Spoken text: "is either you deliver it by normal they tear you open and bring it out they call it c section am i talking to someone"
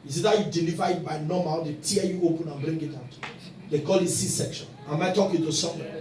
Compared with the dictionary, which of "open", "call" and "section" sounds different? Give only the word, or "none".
none